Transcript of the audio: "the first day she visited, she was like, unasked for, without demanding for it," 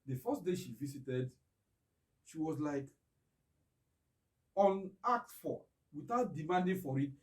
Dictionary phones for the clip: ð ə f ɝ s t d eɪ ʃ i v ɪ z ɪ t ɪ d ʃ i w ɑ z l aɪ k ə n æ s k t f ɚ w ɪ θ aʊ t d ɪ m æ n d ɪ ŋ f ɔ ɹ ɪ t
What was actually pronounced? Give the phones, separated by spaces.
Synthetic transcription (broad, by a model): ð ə f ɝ s t d eɪ ʃ i v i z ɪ t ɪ d ʃ i w ɑ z l aɪ k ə n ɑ k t f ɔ w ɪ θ aʊ t d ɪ m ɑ n d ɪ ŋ f ɔ ɹ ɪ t